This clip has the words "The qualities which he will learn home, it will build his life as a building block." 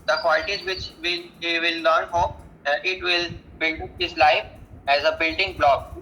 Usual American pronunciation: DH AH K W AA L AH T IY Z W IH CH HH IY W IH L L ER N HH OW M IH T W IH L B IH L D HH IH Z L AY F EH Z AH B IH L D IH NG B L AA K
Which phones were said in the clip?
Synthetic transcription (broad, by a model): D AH K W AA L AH T IY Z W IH CH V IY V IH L L ER N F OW IH T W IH L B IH L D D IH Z L AY F EH Z AH B IH L D IH NG B L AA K